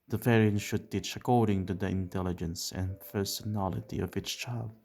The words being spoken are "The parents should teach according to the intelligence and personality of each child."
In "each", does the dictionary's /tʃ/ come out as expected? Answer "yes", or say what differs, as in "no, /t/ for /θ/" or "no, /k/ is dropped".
no, /s/ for /tʃ/